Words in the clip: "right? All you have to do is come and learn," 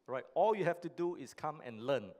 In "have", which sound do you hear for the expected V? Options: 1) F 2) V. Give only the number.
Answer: 1